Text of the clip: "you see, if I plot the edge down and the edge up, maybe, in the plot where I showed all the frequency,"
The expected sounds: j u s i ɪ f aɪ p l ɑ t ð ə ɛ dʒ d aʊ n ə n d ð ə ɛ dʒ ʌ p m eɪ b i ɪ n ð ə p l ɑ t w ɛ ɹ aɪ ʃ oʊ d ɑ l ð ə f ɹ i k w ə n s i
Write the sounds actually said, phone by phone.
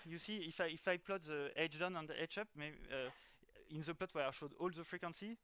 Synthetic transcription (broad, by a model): j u s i ɪ f aɪ p l ɑ t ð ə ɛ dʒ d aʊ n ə n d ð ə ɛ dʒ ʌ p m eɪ i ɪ n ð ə p l ɑ t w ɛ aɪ ʃ oʊ d ɑ l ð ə f ɹ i k w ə n s i